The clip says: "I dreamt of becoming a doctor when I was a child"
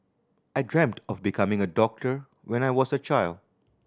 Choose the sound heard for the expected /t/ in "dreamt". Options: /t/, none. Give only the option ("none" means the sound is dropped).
/t/